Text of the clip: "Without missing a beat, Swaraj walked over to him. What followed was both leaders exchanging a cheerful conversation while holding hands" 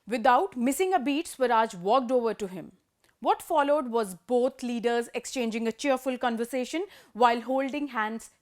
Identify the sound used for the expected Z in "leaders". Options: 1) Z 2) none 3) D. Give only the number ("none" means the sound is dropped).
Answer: 1